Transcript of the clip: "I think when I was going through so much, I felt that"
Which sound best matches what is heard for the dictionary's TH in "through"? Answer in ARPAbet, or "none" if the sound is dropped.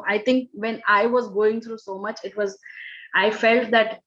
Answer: T